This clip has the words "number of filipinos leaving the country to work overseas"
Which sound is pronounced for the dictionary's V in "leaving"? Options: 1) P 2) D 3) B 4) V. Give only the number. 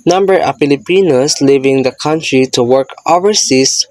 4